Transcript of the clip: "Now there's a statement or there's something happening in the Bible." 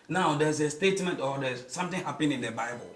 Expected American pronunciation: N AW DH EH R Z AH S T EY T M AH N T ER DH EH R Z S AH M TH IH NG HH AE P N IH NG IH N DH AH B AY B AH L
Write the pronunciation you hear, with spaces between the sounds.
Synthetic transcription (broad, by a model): N AW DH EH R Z AH S T EY T M AH N T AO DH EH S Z S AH M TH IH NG HH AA P IH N IH N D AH B AY B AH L